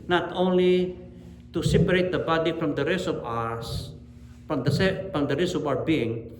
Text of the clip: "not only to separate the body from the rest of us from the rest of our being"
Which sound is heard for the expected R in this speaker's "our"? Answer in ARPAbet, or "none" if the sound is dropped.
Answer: W